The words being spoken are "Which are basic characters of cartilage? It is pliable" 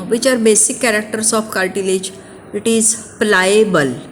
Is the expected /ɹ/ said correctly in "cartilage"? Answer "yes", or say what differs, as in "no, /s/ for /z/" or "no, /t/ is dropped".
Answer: no, /l/ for /ɹ/